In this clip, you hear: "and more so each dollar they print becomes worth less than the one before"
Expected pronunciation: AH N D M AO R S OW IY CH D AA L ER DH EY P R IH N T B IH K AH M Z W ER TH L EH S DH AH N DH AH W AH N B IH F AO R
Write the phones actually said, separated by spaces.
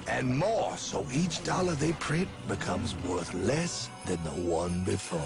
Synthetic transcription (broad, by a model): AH N M AO R S OW IY CH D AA L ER DH EY P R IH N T B IH K AH M Z W ER TH L EH S DH AH N DH AH W AH N B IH F AO R